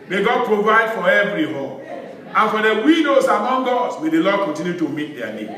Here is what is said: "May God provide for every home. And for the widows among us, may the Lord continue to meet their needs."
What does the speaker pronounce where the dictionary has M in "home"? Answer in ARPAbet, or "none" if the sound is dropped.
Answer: none